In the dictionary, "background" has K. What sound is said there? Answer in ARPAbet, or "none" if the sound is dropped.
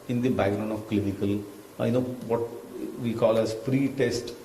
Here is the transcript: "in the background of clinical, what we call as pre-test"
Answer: none